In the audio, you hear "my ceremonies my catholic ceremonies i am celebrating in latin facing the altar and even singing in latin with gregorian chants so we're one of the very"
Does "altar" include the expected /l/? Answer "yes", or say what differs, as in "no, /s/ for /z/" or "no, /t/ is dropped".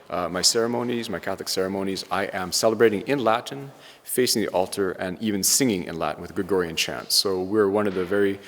yes